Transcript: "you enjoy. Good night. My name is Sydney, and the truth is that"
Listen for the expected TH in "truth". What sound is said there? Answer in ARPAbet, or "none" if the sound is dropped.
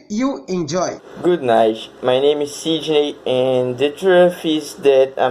F